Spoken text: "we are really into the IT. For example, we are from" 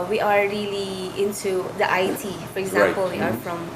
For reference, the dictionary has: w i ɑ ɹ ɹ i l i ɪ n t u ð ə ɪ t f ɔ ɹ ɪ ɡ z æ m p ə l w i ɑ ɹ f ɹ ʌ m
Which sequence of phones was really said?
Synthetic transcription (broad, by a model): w i ɑ ɹ ɹ i l i ɪ n t u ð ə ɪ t f ɔ ɹ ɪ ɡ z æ p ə l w i ɑ ɹ f ɹ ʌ m